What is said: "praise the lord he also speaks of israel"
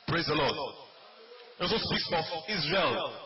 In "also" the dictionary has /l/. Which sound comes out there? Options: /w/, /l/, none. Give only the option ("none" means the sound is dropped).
none